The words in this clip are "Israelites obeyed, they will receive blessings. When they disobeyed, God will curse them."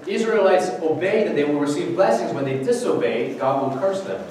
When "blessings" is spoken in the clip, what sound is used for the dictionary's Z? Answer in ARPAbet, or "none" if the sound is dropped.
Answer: Z